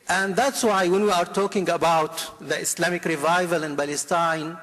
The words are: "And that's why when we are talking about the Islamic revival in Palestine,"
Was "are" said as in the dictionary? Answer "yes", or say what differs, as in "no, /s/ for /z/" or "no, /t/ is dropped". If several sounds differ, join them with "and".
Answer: yes